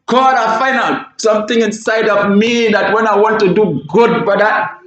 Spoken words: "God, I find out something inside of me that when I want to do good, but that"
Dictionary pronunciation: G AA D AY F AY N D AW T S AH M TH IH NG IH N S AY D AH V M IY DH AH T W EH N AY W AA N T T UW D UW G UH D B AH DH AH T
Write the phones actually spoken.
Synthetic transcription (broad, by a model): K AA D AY F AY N AW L S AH M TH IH NG IH N S AY D AH V M IY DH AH T W EH N AY W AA N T T UW D UW G UH D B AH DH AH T